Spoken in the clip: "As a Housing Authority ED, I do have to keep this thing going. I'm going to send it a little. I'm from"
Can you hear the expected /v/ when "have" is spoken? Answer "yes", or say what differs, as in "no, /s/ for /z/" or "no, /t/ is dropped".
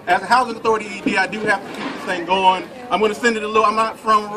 no, /f/ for /v/